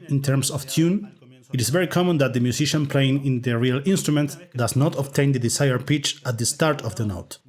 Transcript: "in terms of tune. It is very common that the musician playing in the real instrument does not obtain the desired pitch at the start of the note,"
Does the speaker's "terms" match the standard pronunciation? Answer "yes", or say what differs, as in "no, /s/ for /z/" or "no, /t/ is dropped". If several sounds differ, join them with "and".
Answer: no, /s/ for /z/